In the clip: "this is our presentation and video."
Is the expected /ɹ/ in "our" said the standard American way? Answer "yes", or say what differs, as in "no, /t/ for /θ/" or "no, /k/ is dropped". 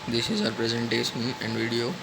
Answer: yes